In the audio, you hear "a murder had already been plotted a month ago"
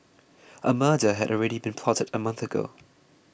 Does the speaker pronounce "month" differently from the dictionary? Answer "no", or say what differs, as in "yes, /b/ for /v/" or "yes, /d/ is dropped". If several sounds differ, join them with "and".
no